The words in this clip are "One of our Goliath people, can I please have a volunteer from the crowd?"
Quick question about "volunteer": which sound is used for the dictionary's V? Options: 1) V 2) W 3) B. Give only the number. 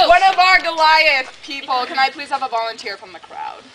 1